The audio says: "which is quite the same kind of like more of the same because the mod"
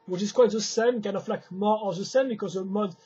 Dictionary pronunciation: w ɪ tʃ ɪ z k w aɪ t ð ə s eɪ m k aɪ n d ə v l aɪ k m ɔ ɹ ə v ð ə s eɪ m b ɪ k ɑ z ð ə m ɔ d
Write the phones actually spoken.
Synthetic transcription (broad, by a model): w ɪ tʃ ɪ z k w aɪ t ð ə s eɪ m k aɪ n ə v l aɪ k m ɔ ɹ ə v ð ə s eɪ m b ɪ k ɑ z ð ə m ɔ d